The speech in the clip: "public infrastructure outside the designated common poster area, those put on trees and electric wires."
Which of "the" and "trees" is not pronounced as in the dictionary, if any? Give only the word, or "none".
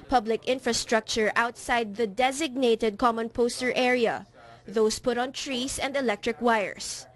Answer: trees